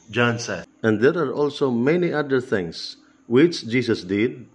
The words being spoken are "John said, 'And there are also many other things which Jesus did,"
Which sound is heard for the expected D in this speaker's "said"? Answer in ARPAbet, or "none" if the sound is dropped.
none